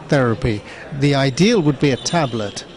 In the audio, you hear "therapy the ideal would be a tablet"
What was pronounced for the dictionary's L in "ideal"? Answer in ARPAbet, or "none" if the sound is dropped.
L